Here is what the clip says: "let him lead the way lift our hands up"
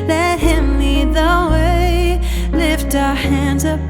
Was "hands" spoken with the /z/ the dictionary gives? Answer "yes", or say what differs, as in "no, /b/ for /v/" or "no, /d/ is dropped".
yes